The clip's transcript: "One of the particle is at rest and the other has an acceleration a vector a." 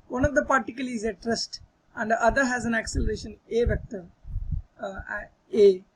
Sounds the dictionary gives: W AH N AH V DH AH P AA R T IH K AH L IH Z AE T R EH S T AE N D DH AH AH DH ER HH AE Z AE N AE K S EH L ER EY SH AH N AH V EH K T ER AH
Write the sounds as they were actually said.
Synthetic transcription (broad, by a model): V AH N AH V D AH P AA R T IH K AH L IH Z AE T R EH S T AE N D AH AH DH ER HH AE Z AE N AE K S EH L ER EY SH AH N AH V EH K T ER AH